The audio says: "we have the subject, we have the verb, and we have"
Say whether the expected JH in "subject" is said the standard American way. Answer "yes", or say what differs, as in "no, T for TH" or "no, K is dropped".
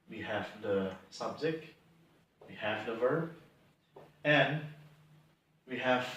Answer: no, Z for JH